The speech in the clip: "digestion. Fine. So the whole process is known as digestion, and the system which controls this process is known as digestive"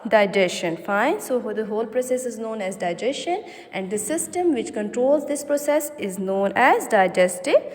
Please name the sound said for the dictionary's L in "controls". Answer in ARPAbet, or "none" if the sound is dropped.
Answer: L